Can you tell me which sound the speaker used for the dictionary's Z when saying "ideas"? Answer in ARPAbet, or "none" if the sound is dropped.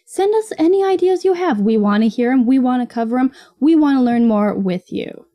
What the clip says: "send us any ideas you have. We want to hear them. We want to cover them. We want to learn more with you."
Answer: Z